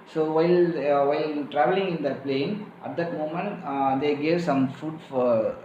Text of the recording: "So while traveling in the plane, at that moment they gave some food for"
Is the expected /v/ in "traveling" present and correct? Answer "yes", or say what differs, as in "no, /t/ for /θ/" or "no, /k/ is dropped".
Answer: yes